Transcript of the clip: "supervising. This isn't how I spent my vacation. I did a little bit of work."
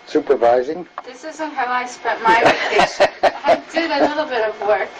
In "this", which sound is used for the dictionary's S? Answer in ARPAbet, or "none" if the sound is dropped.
S